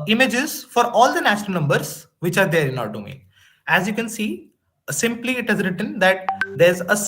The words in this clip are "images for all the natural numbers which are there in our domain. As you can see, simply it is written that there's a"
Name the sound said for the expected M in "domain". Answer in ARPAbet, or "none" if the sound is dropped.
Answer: none